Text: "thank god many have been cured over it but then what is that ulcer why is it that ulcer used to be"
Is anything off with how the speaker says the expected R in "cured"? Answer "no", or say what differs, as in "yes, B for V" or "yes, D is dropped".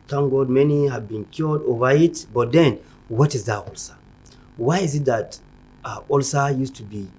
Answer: yes, L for R